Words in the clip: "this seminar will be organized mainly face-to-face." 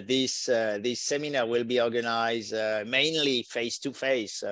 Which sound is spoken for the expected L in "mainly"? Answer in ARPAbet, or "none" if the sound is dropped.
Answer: L